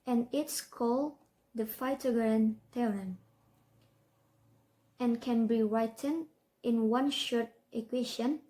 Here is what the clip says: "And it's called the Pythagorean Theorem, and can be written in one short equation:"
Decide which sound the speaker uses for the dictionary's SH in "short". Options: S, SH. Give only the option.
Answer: SH